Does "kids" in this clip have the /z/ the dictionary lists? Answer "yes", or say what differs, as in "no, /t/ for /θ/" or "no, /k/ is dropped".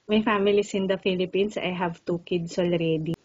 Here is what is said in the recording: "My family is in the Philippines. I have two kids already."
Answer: no, /s/ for /z/